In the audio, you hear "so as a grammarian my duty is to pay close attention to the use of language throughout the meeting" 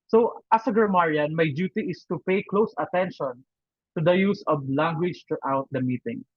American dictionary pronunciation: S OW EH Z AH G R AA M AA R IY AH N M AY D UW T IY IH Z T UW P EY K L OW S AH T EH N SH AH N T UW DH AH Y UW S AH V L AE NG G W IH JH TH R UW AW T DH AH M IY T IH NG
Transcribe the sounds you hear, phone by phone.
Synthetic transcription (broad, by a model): S OW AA S AH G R M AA R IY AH N M AY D UW T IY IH S T UW P EY K L OW S AH T EH N SH AH N T UW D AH Y UW S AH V L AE NG G W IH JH T R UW AW T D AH M IY T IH NG